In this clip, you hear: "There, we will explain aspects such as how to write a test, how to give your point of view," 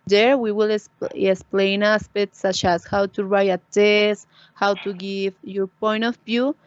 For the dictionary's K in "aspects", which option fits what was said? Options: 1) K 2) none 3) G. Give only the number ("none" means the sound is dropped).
2